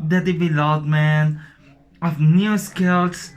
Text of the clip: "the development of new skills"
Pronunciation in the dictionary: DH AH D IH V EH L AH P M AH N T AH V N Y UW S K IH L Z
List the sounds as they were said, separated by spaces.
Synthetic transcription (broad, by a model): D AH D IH B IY L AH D M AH N AH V N Y UW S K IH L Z